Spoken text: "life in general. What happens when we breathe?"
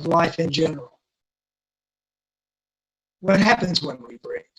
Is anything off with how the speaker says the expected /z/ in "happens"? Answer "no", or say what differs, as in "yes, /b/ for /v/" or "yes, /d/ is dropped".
no